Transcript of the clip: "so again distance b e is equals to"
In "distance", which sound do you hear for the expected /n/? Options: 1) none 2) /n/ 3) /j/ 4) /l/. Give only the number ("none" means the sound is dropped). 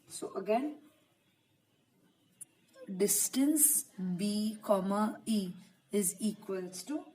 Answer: 2